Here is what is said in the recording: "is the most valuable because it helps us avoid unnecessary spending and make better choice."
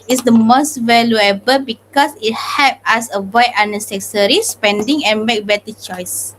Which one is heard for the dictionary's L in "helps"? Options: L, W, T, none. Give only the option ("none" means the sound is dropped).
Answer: none